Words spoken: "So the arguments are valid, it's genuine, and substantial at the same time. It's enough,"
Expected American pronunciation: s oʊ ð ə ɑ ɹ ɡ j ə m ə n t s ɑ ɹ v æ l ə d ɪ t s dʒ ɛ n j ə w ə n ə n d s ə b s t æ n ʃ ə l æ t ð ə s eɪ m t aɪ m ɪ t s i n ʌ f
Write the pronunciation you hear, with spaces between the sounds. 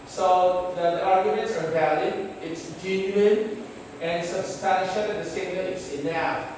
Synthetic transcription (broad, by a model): s oʊ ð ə ɑ ɹ ɡ j ə m ə n t s ɑ ɹ v æ l ə d ɪ t s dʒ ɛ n j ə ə n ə n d s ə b s t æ n ʃ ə l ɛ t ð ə s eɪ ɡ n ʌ ɪ t s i n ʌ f